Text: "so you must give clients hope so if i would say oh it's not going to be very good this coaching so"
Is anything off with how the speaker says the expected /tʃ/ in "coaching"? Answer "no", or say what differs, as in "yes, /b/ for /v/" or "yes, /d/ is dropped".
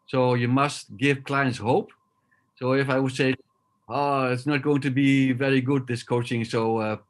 no